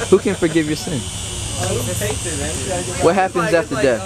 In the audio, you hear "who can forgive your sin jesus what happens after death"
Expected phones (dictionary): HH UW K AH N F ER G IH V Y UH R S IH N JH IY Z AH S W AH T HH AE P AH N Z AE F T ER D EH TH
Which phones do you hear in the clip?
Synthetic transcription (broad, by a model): HH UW K AH N F ER G IH V Y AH R S IH N W AH T HH AE P AH N Z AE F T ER D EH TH